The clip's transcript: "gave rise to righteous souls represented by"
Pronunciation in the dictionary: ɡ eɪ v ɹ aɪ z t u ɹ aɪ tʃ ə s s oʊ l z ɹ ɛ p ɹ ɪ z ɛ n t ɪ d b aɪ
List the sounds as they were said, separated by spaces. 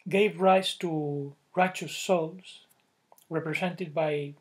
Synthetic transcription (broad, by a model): ɡ eɪ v ɹ aɪ s t u ɹ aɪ tʃ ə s s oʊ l s ɹ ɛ p ɹ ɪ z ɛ n t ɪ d b aɪ